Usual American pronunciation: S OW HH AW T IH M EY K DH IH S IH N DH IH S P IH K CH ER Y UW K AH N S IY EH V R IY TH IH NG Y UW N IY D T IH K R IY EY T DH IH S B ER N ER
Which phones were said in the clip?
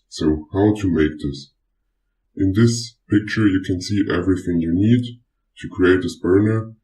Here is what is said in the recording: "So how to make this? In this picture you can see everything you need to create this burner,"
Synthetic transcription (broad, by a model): S OW HH AW T IH M EY K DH IH S IH N DH IH S P IH K CH ER Y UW K AH N S IY EH V R IY TH IH NG Y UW N IY D T IH K R IY EY T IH S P ER N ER